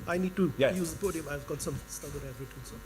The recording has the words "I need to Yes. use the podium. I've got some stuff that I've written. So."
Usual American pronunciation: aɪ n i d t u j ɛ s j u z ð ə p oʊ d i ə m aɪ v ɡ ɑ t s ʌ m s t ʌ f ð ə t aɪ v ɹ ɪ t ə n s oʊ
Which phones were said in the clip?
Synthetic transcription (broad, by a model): aɪ n i d t u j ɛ j u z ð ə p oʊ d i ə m aɪ v ɡ ɑ t s ʌ m s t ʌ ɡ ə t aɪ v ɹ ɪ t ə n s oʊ